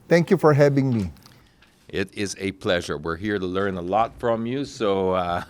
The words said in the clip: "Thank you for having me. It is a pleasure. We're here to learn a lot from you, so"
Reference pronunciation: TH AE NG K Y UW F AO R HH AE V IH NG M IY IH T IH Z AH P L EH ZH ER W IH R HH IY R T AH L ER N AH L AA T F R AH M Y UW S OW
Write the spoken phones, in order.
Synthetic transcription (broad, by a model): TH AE NG K Y UW F AO R HH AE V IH NG M IY IH T IH Z AH P L EH ZH ER W IH R HH IY R T AH L ER N AH L AA T F R AH M Y UW S OW